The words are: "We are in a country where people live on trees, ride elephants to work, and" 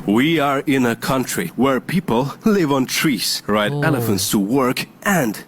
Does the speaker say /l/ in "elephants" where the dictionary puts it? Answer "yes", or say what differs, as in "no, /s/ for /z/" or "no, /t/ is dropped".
yes